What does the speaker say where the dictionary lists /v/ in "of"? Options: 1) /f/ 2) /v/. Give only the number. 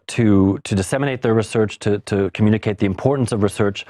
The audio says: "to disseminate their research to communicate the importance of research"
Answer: 2